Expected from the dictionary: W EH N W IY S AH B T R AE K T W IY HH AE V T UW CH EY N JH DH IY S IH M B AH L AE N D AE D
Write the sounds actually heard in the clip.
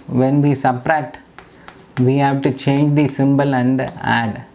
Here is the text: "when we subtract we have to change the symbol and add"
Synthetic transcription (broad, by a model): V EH N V IY S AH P R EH T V IY HH AE V T UW CH EY N JH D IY S IH M B AH L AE N D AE D